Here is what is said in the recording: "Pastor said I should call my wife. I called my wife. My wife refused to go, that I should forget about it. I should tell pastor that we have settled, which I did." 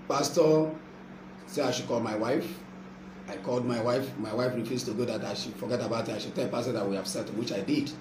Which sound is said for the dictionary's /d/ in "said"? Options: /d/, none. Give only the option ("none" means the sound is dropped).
none